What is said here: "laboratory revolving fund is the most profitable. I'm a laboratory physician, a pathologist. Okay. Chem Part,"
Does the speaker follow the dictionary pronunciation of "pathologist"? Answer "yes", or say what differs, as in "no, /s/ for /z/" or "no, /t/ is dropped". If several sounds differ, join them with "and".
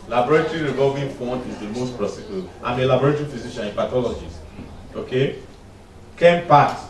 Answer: no, /t/ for /θ/ and /t/ is dropped